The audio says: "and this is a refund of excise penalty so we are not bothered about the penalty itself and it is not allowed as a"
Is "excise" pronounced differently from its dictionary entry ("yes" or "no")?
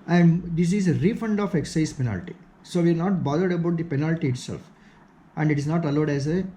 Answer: no